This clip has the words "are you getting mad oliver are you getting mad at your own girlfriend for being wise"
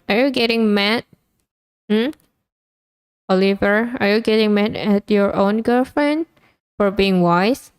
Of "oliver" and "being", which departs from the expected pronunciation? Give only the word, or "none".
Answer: none